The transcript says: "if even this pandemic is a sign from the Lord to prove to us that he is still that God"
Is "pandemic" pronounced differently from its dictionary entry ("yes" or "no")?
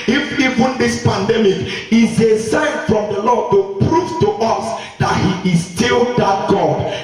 no